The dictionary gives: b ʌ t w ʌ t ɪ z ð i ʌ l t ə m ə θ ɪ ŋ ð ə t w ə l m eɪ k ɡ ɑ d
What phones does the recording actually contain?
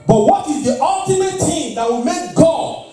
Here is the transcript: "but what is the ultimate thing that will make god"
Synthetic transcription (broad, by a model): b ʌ t w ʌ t ɪ z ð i ʌ l t ə m ə t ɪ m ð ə t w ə m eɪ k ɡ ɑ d